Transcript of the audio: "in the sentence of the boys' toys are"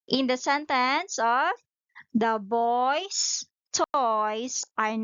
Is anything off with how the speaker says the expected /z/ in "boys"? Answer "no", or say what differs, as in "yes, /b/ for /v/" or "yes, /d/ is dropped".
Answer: yes, /s/ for /z/